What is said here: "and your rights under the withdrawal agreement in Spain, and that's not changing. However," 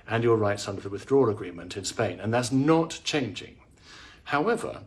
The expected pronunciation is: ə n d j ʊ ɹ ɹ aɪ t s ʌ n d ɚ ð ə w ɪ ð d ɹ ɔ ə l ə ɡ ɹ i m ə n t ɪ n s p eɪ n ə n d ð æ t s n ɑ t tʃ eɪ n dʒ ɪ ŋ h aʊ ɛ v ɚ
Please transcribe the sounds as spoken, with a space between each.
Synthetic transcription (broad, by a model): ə n j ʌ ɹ ɹ aɪ t s ʌ n d ɚ ð ə w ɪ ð d ɹ ɔ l ə ɡ ɹ i m ə n t ɪ n s p eɪ n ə n ð æ t s n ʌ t tʃ eɪ n dʒ ɪ ŋ h aʊ ɛ v ɚ